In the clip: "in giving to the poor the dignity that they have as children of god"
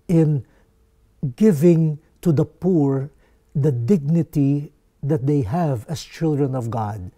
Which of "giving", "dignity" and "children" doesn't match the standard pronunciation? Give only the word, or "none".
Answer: none